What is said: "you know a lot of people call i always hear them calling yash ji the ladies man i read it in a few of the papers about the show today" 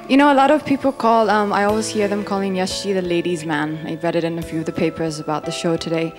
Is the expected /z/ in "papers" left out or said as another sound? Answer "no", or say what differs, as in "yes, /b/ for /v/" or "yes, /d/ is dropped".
no